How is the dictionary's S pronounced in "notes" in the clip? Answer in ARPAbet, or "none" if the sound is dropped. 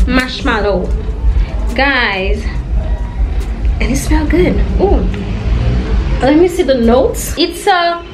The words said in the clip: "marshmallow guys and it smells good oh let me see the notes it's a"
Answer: S